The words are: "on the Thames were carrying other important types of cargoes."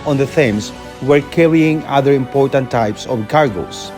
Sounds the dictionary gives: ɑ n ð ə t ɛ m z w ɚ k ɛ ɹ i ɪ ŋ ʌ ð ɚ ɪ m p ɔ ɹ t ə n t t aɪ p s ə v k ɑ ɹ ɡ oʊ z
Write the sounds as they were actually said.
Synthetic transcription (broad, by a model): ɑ n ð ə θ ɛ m s w ɚ k ɛ ɹ i ɪ ŋ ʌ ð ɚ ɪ m p ɔ ɹ t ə n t t aɪ p s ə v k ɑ ɹ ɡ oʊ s